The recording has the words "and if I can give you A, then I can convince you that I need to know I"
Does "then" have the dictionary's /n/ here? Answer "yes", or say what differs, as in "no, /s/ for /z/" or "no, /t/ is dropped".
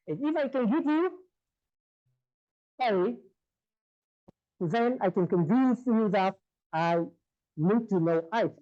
yes